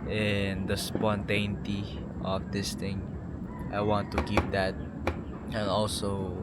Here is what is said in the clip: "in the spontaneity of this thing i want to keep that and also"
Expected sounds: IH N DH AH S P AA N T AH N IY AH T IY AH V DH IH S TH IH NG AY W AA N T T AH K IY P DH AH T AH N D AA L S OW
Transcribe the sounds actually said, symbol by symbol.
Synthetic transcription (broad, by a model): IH N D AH S P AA N T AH N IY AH T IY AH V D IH S T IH NG AY W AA N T T AH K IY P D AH T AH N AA L S OW